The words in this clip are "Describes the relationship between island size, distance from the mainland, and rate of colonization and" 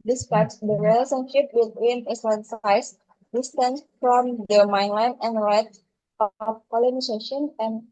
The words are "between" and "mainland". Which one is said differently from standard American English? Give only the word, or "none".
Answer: mainland